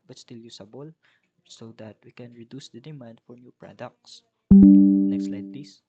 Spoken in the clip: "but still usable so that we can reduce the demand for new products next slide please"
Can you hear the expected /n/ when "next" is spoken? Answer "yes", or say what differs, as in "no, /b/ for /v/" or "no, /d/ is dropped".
no, /l/ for /n/